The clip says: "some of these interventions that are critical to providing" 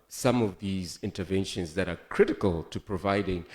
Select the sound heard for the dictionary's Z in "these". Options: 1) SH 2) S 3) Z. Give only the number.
3